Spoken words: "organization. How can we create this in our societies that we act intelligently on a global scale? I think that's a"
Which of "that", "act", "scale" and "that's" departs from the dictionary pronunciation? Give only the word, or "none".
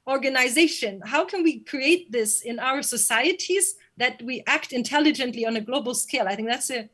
none